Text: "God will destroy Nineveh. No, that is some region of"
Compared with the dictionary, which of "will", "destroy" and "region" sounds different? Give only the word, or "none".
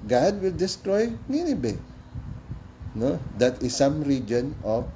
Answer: none